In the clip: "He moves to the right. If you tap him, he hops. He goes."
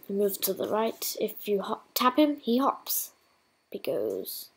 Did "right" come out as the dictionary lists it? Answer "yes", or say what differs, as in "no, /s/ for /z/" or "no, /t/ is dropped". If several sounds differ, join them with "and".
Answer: yes